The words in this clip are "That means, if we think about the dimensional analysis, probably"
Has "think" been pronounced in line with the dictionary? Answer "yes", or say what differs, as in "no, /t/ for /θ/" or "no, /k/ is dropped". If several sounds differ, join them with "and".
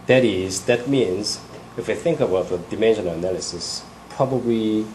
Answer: yes